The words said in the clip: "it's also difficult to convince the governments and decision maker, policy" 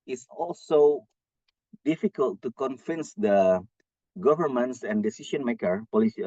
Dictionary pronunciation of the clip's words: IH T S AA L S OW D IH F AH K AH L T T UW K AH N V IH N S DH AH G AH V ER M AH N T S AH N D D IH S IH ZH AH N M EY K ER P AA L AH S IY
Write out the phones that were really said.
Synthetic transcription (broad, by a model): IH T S AA L S OW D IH F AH K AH L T T UW K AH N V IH N S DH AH G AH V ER M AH N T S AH N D D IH S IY SH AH N M EY K ER P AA L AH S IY